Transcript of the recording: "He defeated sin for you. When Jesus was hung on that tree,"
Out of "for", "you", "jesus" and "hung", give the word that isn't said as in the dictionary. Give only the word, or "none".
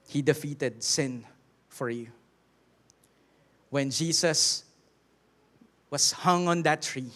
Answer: jesus